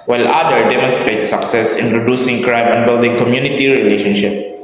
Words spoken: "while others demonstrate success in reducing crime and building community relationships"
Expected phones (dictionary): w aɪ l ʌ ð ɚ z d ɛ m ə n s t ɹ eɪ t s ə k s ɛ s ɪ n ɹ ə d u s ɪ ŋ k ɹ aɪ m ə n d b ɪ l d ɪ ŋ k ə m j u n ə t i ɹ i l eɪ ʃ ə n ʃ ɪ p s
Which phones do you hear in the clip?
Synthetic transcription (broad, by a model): w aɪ l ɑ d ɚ d ɛ m ə n s t ɹ eɪ t s ə k s ɛ s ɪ n ɹ ə d u s ɪ ŋ k ɹ aɪ m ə n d b ɪ l d ɪ ŋ k ə m j u n ə t i ɹ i l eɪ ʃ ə n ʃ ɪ p